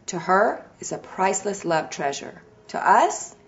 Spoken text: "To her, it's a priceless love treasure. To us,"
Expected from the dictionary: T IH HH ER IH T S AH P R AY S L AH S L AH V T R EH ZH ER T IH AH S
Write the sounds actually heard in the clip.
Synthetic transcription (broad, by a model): T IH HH ER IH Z AH P R AY S L AH S L AH V T R EH ZH ER T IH AH S